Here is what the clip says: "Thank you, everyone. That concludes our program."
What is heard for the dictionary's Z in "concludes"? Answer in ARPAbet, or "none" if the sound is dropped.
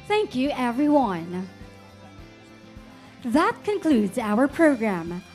Z